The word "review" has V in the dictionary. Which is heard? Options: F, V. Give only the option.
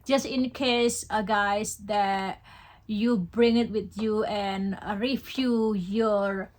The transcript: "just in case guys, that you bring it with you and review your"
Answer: F